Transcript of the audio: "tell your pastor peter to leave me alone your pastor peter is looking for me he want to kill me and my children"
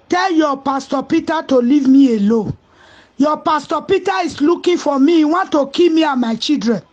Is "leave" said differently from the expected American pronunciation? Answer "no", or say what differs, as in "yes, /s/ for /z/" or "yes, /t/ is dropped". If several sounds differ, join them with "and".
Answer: no